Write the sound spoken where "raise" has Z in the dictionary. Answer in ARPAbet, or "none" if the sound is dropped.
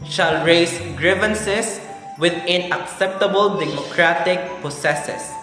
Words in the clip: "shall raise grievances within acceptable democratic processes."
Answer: S